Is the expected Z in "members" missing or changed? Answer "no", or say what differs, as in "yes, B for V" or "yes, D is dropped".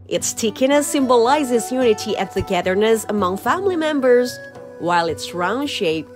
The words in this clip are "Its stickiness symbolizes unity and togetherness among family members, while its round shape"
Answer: no